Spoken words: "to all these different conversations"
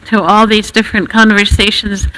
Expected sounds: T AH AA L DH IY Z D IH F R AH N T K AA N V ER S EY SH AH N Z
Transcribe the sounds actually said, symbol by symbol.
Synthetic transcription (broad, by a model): T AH AA L DH IY Z D IH F R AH N K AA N V ER S EY SH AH N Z